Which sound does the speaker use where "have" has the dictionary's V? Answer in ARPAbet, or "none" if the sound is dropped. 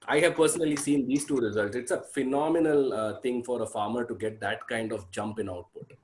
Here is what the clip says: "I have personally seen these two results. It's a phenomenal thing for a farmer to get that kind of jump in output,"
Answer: V